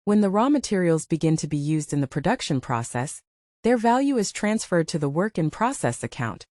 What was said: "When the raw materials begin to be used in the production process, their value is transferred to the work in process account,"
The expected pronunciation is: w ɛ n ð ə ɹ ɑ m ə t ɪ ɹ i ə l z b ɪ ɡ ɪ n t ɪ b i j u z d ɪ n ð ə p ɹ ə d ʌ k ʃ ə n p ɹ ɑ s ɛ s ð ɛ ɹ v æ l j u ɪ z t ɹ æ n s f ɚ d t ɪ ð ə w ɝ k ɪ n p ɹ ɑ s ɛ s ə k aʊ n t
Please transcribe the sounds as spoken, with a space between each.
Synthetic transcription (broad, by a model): w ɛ n ð ə ɹ ɑ m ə t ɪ ɹ i l z b ɪ ɡ ɪ n t ɪ b i j u z d ɪ n ð ə p ɹ ə d ʌ k ʃ ə n p ɹ ɑ s ɛ s ð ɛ ɹ v æ l j u ɪ z t ɹ æ n s f ɚ d t ɪ ð ə w ɝ k ɪ n p ɹ ɑ s ɛ s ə k aʊ n t